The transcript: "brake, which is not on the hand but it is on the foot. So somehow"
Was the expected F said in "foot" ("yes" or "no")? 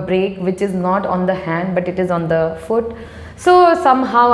yes